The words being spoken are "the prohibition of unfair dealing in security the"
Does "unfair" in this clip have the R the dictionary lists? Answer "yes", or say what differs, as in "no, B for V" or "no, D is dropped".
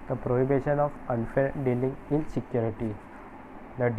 no, L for R